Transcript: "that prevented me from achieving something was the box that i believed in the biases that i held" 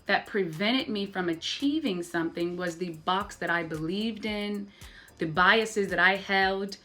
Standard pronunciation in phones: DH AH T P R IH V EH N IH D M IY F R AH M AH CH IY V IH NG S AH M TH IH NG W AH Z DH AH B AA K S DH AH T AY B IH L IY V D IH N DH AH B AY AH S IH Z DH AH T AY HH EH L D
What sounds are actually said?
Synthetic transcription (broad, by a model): DH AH T P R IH V EH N IH D M IY F R AH M AH CH IY V IH NG S AH M TH IH NG W AH Z DH AH B AA K S DH AH T AY B IH L IY V D IH N DH AH B AY AH S IH Z DH AH T AY HH EH L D